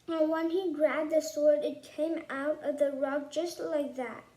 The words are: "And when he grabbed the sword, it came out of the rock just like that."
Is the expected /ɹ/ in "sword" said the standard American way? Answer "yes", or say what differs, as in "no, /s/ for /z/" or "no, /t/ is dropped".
yes